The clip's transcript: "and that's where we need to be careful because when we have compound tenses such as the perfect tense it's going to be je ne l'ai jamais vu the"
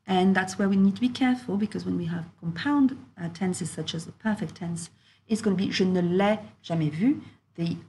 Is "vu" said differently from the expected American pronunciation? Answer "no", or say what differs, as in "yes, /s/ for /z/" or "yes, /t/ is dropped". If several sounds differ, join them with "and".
no